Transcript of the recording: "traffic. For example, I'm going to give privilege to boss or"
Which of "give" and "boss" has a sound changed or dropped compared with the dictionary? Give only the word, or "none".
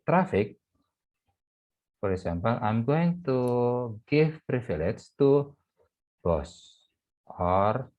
give